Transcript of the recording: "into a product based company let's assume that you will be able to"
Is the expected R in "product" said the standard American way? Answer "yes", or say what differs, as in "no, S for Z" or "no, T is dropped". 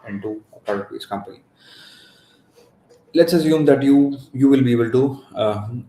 no, R is dropped